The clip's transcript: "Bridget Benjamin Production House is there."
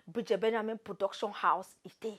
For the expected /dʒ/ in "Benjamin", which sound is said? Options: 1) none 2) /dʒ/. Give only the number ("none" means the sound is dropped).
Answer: 1